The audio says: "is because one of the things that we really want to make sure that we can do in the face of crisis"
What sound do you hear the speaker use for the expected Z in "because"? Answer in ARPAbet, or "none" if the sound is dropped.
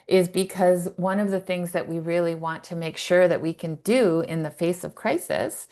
Z